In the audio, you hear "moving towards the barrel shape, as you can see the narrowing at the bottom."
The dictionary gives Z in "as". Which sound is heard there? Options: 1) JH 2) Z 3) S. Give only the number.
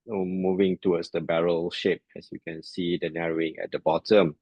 3